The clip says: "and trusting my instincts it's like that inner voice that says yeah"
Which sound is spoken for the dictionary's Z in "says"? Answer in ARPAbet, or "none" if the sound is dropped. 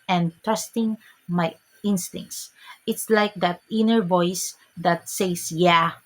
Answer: S